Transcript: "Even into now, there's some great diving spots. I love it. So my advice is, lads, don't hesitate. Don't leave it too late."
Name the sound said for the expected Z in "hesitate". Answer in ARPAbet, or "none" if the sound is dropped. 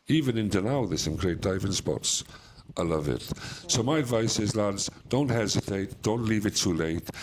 Z